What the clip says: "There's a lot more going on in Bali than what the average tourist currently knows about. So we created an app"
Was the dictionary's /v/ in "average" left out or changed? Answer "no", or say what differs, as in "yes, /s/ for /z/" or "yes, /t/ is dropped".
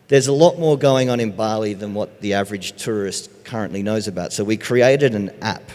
no